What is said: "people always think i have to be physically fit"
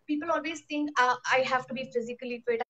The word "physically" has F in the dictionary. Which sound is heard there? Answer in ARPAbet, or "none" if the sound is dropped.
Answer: F